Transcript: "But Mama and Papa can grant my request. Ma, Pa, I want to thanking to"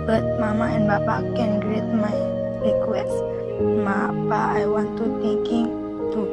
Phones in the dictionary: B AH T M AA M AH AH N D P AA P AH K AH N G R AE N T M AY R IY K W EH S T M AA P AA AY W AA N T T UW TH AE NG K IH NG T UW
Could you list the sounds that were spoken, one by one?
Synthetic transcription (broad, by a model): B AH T M AA M AH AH N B AA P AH K AH N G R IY T M AY R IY K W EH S M AA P AA AY W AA N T T UW T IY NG K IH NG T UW